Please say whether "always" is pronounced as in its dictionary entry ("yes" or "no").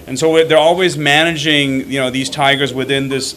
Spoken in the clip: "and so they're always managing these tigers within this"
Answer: yes